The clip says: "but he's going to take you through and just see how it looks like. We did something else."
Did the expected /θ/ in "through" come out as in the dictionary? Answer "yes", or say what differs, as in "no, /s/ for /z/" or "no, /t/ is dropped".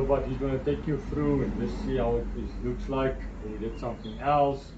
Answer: no, /f/ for /θ/